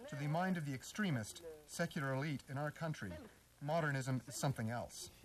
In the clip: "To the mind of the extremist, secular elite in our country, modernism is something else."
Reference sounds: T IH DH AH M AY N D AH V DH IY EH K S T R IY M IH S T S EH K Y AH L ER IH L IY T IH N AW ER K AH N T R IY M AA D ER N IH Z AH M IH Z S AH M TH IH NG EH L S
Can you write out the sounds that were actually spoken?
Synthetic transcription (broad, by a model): T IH DH AH M AY N D AH V DH IY EH K S T R IY M IH S T S EH K Y L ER IH L IY T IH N AW ER K AH N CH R IY M AA D ER N IH Z AH M IH Z S AH M TH IH NG EH L S